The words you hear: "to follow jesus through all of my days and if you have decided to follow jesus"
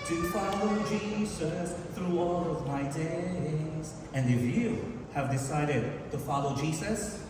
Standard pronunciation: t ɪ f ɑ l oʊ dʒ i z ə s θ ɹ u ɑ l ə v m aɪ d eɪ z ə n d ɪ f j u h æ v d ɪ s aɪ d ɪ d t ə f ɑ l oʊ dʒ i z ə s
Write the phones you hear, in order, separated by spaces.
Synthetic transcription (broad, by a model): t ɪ f ɑ l oʊ dʒ i z ə s θ ɹ u ɑ l ə v m aɪ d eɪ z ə n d ɪ f j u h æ v d ɪ s aɪ d ɪ d t ə f ɑ l oʊ dʒ i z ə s